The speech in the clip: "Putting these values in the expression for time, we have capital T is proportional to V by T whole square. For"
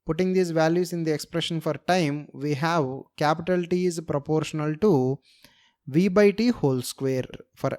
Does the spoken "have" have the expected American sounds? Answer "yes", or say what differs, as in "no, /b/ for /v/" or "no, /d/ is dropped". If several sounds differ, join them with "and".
yes